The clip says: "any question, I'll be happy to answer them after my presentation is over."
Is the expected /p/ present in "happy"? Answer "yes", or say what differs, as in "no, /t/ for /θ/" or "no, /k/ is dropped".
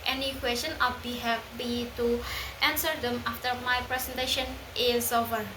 no, /b/ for /p/